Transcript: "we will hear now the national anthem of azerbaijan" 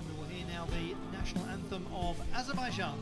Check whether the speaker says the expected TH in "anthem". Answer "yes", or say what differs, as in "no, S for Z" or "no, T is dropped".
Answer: yes